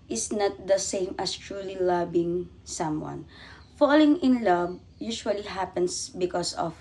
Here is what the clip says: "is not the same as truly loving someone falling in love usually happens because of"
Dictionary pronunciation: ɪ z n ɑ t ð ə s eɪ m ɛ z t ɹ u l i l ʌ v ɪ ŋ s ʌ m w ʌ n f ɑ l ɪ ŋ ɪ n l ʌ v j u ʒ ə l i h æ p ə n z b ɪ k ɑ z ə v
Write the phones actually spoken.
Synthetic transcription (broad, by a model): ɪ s n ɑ t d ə s eɪ m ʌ s t ɹ u l i l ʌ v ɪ ŋ s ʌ m w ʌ n f ɑ l ɪ ŋ ɪ n l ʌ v j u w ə l i h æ p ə n s b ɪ k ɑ s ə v